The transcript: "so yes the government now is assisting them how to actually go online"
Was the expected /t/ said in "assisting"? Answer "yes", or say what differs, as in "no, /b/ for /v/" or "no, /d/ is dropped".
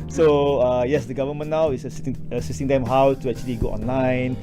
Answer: no, /s/ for /t/